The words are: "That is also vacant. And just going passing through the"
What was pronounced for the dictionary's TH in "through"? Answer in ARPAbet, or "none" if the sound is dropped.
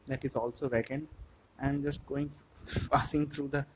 T